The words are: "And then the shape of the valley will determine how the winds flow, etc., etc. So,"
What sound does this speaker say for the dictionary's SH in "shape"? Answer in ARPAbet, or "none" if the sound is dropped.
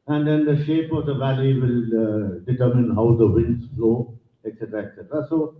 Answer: SH